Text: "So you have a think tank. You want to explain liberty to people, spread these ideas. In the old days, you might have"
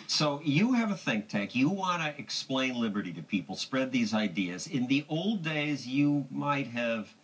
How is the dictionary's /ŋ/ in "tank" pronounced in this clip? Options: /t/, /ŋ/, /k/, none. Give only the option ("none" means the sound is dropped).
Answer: none